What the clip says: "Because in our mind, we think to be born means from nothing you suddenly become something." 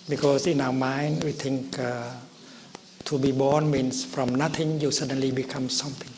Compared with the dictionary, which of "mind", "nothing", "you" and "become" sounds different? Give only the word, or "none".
nothing